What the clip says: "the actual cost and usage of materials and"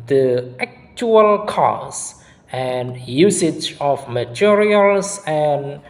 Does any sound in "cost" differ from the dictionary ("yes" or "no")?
yes